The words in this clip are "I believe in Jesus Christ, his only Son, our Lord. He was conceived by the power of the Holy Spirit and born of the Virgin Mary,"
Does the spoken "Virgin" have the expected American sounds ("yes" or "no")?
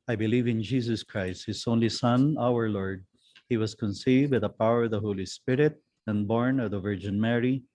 yes